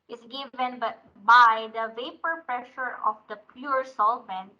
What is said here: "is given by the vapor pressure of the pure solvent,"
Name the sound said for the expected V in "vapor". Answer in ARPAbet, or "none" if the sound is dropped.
V